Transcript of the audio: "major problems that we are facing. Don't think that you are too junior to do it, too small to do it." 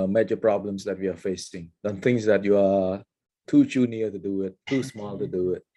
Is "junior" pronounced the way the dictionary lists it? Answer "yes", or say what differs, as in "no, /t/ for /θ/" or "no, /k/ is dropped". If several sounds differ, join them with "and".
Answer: no, /tʃ/ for /dʒ/